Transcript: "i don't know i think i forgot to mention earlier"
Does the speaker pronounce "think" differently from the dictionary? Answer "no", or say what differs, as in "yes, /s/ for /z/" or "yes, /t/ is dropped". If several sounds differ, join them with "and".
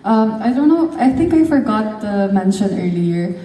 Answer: yes, /t/ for /θ/